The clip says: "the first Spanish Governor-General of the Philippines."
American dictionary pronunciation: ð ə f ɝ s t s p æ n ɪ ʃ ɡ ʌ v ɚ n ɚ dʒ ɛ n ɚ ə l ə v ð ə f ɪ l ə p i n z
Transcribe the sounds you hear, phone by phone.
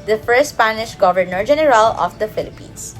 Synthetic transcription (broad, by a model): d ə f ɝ t s p æ n ɪ ʃ ɡ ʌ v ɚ n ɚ dʒ ɛ n ɚ ə l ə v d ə f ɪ l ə p i n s